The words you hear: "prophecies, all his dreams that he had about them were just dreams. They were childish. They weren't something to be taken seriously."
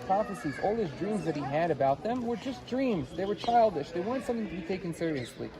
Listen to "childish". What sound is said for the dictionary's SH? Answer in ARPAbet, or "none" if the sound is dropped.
SH